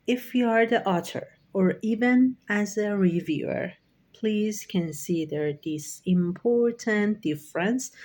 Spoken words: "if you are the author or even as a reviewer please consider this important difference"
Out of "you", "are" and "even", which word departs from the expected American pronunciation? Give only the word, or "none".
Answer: none